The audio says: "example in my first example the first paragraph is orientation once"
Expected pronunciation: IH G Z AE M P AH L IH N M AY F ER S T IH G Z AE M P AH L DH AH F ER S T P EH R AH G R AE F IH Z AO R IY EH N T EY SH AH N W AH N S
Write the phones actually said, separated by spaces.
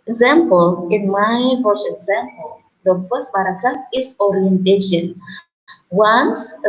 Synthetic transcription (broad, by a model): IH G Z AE M P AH L IH N M AY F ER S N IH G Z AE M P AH L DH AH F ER S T B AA R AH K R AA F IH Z AO R IY EH N T EY SH AH N W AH N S